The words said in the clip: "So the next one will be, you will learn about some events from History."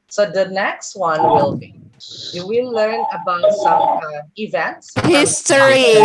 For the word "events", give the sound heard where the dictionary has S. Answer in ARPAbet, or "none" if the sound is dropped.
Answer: S